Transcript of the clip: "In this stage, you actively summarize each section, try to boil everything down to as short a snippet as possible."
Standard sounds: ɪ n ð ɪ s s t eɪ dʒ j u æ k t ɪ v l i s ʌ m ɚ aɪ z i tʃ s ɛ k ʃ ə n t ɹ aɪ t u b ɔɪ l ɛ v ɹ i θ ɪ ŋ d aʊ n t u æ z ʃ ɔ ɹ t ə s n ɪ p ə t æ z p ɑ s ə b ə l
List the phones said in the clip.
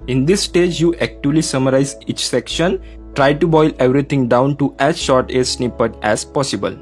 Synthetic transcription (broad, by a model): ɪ n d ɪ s s t eɪ dʒ j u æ k t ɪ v l i s ʌ m ɚ aɪ z i tʃ s ɛ k ʃ ə n t ɹ aɪ t u b ɔɪ l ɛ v ɹ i t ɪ ŋ d aʊ n t u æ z ʃ ɔ ɹ t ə s n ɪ p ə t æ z p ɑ s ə b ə l